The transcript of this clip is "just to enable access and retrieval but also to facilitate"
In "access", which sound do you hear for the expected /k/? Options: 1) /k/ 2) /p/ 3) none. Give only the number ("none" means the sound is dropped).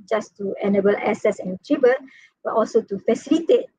3